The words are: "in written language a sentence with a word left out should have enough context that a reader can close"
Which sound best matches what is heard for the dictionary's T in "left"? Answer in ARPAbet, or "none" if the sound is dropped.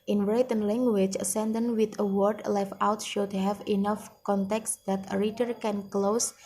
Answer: none